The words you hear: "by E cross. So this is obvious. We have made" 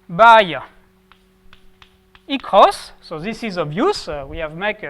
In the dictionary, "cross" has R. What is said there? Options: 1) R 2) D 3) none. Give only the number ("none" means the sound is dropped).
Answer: 3